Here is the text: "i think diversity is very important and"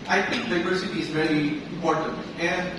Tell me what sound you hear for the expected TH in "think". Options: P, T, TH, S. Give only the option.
T